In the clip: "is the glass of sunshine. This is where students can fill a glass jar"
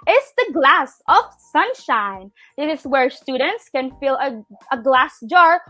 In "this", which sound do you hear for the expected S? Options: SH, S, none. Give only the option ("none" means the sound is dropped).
none